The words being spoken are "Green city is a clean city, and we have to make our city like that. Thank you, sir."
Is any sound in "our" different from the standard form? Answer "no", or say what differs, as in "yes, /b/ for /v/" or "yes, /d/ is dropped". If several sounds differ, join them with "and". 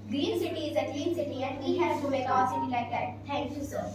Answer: yes, /l/ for /ɹ/